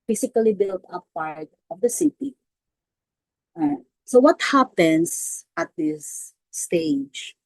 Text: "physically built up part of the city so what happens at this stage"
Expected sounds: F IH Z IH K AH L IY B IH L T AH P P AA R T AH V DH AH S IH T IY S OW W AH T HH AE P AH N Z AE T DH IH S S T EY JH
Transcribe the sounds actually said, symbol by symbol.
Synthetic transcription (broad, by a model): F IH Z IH K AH L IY B IH L T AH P P AA R T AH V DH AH S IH T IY S OW W AH T HH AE P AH N S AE T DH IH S S T EY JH